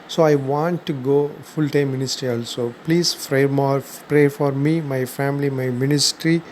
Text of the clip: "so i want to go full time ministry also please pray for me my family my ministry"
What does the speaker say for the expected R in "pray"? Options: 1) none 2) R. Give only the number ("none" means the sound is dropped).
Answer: 2